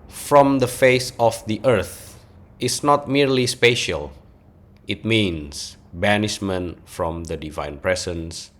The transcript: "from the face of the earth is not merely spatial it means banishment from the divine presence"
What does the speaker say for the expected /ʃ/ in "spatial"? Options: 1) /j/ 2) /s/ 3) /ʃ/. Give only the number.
3